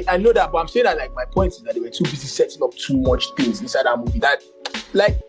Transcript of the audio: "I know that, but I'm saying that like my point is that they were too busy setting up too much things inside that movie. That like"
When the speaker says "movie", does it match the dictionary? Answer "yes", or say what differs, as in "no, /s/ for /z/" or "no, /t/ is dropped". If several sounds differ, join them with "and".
yes